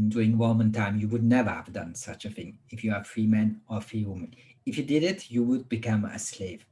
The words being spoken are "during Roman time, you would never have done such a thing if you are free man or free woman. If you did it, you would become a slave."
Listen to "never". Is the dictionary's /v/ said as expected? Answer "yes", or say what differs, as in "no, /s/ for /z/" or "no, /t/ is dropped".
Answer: yes